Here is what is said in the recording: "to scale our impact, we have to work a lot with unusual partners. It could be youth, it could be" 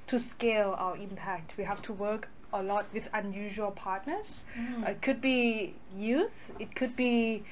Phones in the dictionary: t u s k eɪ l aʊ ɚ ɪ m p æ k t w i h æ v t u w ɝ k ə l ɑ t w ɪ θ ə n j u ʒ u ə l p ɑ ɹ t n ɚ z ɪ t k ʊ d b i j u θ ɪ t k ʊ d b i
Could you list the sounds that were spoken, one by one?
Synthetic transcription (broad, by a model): t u s k eɪ l aʊ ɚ ɪ m p æ k t w i h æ f t u w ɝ k ə l ɑ t w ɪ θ ə n j u ʒ u ə l p ɑ t n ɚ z ɪ t k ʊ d b i j u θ ɪ t k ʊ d b i